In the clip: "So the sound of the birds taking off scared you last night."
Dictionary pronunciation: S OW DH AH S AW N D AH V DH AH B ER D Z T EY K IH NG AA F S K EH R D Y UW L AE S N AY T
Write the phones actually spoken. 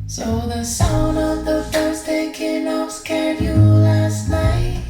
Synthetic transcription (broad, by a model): S OW DH AH S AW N AH V DH AH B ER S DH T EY K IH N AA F S K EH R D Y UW L AE S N AY T